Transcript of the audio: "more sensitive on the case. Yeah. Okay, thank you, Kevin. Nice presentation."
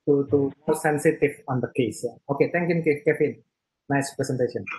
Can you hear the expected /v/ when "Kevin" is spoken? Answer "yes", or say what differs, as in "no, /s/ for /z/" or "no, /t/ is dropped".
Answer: no, /f/ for /v/